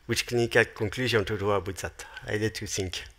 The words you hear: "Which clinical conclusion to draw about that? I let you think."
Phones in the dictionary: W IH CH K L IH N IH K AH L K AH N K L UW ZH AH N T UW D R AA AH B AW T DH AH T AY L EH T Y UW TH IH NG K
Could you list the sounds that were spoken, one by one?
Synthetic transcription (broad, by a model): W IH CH K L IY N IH K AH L K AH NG K L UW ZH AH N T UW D W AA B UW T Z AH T AY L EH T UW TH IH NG K